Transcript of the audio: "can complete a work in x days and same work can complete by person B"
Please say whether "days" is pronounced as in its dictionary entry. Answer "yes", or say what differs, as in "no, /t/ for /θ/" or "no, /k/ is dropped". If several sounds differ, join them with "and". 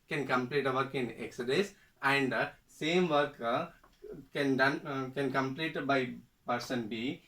no, /s/ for /z/